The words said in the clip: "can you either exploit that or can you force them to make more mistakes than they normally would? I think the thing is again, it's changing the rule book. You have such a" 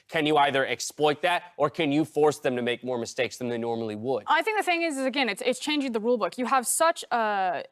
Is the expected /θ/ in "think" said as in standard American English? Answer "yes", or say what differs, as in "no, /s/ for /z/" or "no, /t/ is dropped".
yes